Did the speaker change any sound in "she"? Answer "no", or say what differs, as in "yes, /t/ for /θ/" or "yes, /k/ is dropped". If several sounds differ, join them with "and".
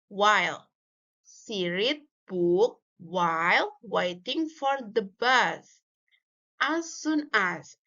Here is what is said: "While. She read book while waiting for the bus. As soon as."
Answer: yes, /s/ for /ʃ/